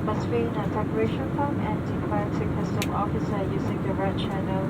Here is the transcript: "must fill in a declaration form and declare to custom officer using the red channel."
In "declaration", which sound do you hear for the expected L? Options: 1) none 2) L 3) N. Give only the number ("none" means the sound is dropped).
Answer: 1